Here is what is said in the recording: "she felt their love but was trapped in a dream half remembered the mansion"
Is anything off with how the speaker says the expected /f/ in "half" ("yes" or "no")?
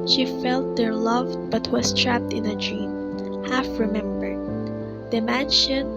no